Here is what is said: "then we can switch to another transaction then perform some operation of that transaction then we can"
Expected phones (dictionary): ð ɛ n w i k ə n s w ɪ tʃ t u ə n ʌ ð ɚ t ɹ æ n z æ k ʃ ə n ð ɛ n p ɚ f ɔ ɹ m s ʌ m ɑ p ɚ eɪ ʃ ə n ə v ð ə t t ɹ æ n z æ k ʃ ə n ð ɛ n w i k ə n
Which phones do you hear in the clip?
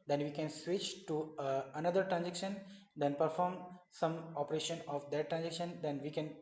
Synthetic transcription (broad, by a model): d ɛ n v i k ə n s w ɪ tʃ t u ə n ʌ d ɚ t ɹ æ n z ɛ k ʃ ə n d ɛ n p ɚ f ɔ ɹ m s ʌ m ɑ p ɚ eɪ ʃ ə n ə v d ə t t ɹ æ n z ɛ k ʃ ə n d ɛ n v i k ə n